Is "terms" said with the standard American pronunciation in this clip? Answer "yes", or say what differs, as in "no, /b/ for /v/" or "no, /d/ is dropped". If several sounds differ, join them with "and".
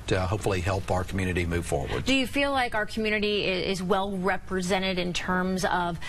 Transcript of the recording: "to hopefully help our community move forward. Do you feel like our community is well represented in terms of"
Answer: yes